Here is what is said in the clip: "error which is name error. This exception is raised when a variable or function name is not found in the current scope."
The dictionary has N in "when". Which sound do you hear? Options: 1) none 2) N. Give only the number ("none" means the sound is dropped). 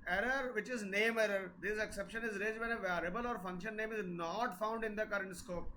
1